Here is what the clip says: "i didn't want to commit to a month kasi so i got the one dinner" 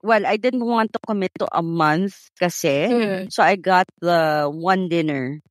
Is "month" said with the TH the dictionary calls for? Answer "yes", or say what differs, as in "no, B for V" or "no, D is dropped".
yes